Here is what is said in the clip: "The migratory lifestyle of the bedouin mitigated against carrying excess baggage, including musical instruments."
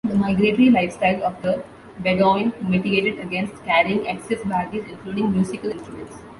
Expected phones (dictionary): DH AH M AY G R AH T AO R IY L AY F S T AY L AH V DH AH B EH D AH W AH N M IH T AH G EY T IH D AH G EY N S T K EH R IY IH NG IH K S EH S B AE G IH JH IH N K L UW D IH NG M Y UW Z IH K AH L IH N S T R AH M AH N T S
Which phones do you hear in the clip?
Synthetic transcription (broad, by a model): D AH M AY G R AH T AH R IY L AY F S T AY L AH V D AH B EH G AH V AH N M IH T AH G EY T IH D AH G EY N S T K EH R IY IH NG IH K S EH S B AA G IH Z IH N K L UW D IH NG M Y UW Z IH K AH L IH N S T R AH M AH N T S